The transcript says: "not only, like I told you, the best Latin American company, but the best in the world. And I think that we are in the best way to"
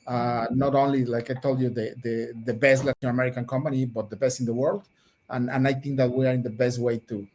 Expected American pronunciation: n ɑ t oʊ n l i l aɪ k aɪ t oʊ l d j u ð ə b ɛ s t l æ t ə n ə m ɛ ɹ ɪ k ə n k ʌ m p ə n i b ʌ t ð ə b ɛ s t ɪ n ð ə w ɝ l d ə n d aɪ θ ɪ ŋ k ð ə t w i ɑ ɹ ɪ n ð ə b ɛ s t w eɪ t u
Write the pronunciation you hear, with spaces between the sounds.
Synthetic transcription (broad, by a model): n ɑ t oʊ n l i l aɪ k aɪ t oʊ l d j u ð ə b ɛ s t l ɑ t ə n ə m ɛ ɹ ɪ k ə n k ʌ m p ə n i b ʌ t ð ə b ɛ s t ɪ n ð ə w ɝ l d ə n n aɪ θ ɪ ŋ k ð ə t w i ɑ ɹ ɪ n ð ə b ɛ s t w eɪ t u